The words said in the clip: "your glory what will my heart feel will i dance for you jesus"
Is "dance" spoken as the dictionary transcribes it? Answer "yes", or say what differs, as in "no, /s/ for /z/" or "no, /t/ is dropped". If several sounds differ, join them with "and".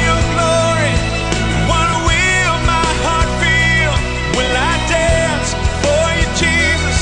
yes